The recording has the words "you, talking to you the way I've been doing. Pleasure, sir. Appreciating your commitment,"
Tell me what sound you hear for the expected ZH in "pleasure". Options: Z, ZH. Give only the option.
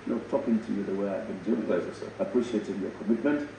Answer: Z